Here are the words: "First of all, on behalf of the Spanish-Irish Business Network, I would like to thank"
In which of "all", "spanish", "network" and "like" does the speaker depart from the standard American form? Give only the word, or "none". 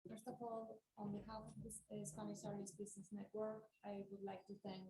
spanish